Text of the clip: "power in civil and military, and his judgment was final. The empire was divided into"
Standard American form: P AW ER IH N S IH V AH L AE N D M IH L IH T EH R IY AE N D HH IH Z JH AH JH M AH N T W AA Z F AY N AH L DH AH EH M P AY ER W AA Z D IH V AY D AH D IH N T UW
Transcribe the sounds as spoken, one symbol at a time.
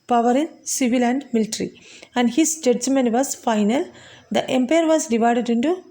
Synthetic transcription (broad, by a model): P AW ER IH N S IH V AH L AE N D M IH L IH T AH R IY AE N D HH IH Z JH AH JH M AH N T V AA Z F AY N AH L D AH EH M P AY ER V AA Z D IH V AY D AH D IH N T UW